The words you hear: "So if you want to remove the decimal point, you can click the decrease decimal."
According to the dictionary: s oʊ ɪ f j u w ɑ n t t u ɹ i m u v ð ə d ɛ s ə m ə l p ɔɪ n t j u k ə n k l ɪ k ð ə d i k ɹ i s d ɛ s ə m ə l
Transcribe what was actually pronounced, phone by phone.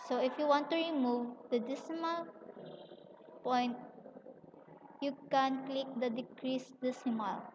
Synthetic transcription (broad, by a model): s oʊ ɪ f j u w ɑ n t t u ɹ i m u v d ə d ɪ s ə m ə l p ɔɪ n t j u k ə n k l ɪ k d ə d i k ɹ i s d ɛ s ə m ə l